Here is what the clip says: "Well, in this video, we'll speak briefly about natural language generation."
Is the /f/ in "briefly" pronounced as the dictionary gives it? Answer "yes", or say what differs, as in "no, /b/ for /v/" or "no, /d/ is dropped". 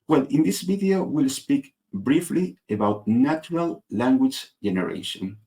yes